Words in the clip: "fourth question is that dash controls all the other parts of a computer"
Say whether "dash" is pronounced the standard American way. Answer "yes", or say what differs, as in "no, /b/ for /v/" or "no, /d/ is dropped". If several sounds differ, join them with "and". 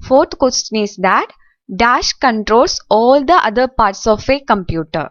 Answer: yes